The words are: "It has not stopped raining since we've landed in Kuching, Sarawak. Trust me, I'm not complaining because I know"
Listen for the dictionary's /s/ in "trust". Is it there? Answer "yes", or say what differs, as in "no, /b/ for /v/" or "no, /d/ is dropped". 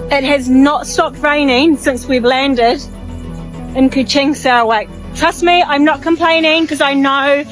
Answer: yes